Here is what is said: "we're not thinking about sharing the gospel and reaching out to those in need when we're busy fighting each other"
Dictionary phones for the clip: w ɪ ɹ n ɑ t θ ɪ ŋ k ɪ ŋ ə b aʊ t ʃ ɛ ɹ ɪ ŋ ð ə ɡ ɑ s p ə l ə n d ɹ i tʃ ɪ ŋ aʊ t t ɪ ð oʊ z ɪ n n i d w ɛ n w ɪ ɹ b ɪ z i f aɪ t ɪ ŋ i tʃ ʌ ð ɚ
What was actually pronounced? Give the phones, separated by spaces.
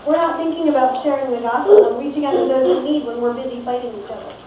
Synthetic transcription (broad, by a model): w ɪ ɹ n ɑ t θ ɪ ŋ k ɪ ŋ ə b aʊ t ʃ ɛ ɹ ɪ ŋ ð ə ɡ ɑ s ə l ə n ɹ i tʃ ɪ ŋ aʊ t t ɪ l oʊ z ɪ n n i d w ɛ n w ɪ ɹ b ɪ z i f aɪ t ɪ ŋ i tʃ ʌ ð ɚ